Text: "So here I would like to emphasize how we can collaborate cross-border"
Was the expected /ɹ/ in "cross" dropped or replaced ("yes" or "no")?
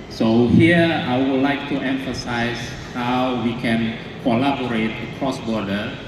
no